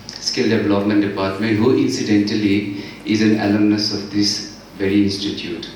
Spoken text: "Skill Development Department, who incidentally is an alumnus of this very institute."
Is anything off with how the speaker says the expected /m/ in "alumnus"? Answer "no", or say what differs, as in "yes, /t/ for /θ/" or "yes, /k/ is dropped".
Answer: yes, /m/ is dropped